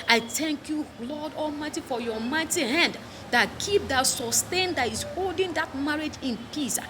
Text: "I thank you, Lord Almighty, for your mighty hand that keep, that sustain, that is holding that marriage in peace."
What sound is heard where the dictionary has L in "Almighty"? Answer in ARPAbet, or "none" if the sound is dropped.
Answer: L